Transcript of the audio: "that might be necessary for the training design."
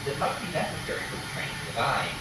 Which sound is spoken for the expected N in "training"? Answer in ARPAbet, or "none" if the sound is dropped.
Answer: none